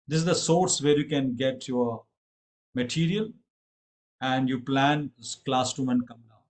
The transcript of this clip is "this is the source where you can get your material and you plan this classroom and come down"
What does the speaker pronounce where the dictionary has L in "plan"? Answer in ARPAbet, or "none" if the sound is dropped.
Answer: L